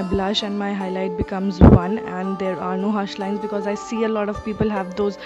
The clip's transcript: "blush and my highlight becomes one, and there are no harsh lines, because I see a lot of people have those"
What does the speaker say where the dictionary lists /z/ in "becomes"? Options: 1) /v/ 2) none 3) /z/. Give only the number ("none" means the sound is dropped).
3